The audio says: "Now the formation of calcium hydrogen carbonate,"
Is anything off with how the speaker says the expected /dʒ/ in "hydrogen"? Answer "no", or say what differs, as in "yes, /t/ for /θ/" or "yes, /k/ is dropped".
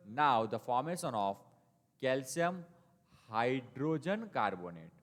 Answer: no